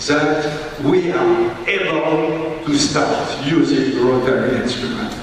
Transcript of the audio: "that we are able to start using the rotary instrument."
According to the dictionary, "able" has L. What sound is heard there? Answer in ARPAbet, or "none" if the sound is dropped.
N